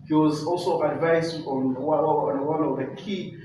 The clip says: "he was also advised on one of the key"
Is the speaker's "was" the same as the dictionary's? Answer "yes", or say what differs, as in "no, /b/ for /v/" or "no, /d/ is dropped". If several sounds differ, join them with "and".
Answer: yes